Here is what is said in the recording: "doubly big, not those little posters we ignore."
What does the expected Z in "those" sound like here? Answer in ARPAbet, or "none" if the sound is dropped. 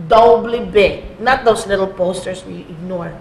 S